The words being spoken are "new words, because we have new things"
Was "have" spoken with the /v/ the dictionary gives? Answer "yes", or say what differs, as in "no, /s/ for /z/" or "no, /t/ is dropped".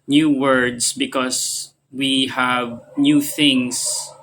yes